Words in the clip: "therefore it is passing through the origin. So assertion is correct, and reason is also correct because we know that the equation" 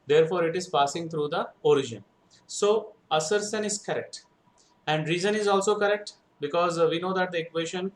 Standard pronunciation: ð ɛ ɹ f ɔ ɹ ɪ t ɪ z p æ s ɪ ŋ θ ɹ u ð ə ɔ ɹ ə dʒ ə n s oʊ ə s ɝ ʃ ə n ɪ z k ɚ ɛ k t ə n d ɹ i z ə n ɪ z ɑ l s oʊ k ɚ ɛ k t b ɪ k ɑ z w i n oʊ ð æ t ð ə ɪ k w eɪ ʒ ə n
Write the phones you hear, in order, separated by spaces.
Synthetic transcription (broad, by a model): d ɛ ɹ f ɔ ɹ ɪ t ɪ z p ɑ s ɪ ŋ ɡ ɹ u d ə ɔ ɹ ə dʒ ə n s oʊ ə s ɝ s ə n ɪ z k ɚ ɛ k t ə n d ɹ i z ə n ɪ z ɑ l s oʊ k ɚ ɛ k t b ɪ k ɑ z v i n oʊ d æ t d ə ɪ k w eɪ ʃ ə n